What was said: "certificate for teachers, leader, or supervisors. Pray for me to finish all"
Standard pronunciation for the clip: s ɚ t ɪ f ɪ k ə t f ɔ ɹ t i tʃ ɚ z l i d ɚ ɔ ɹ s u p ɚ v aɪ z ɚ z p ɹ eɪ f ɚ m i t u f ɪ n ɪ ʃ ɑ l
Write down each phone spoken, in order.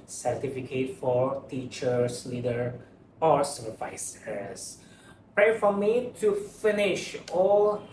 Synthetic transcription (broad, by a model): s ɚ t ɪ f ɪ k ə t f ɔ ɹ t i tʃ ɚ s l i d ɚ ɔ ɹ s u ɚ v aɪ s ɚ s p ɹ eɪ f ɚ m i t u f ɪ n ɪ ʃ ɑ l